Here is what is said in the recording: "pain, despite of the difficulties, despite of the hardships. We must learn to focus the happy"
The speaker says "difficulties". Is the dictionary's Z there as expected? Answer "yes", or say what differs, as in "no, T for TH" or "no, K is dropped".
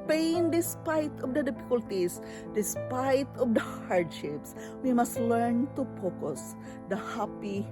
no, S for Z